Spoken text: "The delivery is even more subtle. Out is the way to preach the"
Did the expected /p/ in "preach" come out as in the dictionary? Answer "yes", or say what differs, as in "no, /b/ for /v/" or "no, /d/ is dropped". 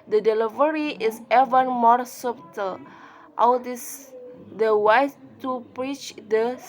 yes